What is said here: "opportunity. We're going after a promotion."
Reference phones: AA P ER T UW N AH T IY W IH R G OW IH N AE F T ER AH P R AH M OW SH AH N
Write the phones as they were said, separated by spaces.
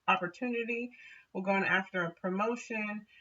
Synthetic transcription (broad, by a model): AA P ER T UW N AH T IY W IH L G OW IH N AE F T ER AH P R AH M OW SH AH N